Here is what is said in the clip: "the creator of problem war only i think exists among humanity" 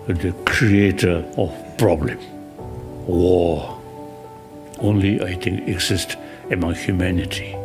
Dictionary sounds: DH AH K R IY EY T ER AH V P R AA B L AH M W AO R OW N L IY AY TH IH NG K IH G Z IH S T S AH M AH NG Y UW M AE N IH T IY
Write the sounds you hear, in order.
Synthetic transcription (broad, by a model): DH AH K R IY EY T ER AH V P R AA B L AH M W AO OW N L IY AY T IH NG K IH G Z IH S T AH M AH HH Y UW M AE N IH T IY